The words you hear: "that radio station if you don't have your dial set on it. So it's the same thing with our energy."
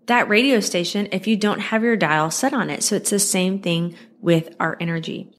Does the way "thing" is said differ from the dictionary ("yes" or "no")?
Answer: no